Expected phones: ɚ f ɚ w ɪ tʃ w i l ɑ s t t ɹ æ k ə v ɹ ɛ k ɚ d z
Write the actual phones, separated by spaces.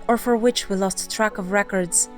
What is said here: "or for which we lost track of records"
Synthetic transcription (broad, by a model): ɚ f ɚ w ɪ tʃ w i l ɑ s t t ɹ æ k ə v ɹ ɛ k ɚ d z